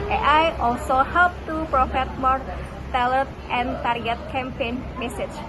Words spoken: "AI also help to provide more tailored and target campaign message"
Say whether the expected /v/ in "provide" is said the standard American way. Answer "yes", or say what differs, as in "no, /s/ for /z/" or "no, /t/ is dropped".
no, /f/ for /v/